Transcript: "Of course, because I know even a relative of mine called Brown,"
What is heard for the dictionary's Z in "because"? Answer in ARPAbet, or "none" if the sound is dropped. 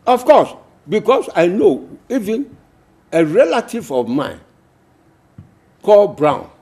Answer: S